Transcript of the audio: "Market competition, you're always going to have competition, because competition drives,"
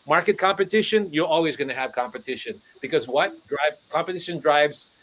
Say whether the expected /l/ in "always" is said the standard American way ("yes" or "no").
yes